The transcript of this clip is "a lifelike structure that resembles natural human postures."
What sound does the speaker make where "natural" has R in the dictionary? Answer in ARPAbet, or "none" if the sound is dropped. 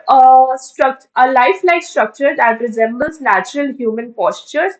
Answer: R